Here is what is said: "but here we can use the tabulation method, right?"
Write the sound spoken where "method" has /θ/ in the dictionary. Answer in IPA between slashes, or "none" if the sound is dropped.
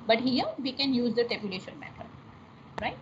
/t/